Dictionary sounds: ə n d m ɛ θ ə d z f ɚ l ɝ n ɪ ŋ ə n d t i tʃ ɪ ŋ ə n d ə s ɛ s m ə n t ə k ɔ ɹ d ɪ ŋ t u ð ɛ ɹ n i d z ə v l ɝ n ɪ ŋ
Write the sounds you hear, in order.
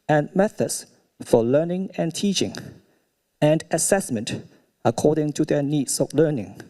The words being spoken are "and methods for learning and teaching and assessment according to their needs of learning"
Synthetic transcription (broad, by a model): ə n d m ɛ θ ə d s f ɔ l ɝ n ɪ ŋ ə n t i tʃ ɪ ŋ ə n d ə s ɛ s m ə n t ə k ɔ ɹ d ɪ ŋ t u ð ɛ n i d s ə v l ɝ n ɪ ŋ